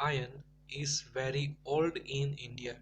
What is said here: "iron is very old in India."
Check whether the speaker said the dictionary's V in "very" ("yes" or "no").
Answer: yes